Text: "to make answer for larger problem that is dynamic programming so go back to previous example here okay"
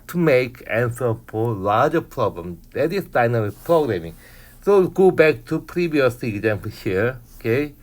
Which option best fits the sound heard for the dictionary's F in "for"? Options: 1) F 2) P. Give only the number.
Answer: 2